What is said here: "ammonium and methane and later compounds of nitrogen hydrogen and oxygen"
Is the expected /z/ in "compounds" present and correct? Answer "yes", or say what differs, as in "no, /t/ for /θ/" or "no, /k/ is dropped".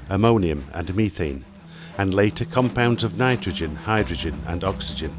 yes